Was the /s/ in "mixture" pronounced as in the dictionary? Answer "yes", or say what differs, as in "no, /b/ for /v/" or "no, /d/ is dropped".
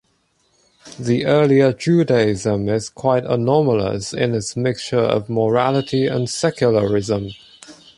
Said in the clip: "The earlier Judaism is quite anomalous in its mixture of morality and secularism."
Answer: yes